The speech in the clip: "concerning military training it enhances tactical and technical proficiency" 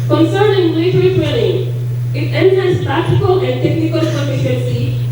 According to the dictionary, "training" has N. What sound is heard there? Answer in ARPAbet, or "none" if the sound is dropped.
L